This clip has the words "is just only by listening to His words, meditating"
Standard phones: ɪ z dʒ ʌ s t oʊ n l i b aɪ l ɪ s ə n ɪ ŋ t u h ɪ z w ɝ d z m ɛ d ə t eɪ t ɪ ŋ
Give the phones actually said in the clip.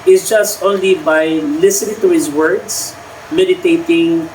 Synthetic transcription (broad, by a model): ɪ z dʒ ʌ s t oʊ n l i b aɪ l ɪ s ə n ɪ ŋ t u h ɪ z w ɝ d s m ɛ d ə t eɪ t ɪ ŋ